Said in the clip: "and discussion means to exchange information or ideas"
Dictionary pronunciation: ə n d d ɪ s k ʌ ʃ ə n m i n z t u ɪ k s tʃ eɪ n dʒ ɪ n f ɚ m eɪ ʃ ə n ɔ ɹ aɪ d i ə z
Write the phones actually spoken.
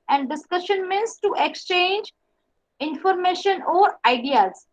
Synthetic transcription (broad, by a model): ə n d d ɪ s k ʌ ʃ ə n m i n s t u ɪ k s tʃ eɪ n dʒ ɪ n f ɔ m eɪ ʃ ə n ɔ ɹ aɪ d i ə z